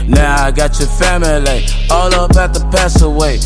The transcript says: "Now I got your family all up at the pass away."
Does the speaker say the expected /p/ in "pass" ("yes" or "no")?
yes